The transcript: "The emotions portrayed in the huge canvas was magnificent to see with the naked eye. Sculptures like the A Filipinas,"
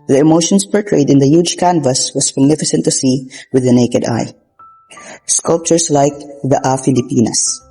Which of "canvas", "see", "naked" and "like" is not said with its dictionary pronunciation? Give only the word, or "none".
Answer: none